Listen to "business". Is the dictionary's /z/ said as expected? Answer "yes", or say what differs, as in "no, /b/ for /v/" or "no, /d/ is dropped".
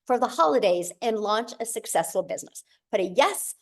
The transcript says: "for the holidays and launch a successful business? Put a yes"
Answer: yes